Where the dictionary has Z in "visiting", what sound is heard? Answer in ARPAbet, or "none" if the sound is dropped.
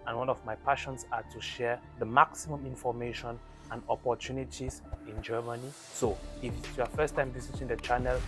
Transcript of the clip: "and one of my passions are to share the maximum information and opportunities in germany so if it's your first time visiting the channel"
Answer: S